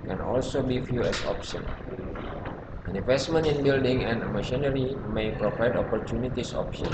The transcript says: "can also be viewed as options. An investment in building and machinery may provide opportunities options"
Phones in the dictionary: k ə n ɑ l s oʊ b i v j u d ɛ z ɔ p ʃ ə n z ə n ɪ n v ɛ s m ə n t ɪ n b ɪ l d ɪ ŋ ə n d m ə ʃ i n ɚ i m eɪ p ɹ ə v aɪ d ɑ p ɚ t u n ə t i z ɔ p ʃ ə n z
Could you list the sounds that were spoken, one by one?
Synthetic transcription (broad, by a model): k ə n ɑ l s oʊ b i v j u ɛ s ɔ p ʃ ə n ə n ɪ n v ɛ s m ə n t ɪ n b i l d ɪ ŋ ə n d m ə ʃ i n ɚ i m eɪ p ɹ ə v aɪ d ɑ p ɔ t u n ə t i s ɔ p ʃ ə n